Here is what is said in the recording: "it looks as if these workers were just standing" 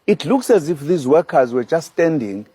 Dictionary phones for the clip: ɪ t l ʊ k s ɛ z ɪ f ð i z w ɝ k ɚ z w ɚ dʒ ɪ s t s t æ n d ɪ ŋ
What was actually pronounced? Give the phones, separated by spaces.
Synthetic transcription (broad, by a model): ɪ t l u k s ɛ z ɪ f ð i z w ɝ k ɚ z w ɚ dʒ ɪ s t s t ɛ n d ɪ ŋ